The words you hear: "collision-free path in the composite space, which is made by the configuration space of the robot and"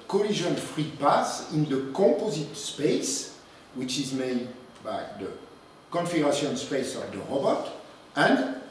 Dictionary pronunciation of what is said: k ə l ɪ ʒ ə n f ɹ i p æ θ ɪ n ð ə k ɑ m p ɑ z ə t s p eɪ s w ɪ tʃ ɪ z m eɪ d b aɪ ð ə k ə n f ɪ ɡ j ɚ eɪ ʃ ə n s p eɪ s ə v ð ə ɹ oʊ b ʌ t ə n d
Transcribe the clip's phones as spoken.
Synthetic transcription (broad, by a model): k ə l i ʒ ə n f ɹ i p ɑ s ɪ n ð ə k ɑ p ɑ z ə t s p eɪ s w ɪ tʃ ɪ z m eɪ d b aɪ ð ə k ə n f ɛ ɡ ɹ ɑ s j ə n s p eɪ s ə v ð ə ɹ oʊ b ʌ t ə n d